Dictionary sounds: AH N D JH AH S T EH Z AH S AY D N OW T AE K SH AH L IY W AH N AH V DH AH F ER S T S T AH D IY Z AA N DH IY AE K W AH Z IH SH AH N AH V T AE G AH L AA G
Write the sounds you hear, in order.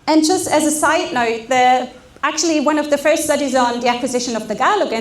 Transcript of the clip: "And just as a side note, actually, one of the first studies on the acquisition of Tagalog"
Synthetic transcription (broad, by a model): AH N JH AH S T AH Z AH S AY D N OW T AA K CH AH L IY W AH N AH V DH AH F ER S T S T AH D IY Z N DH IY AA K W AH Z IH SH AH N AH V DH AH G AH L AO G